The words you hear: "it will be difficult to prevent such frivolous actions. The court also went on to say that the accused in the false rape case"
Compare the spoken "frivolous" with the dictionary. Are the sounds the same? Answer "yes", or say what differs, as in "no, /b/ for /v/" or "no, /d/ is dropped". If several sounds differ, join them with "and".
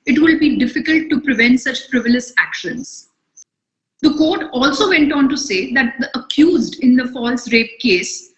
no, /p/ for /f/